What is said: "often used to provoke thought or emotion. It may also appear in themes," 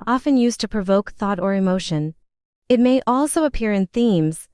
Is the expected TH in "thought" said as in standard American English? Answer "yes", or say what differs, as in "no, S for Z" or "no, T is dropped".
yes